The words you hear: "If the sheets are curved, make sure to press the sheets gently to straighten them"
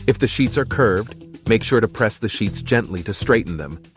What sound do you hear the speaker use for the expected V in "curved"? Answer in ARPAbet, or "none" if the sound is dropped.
V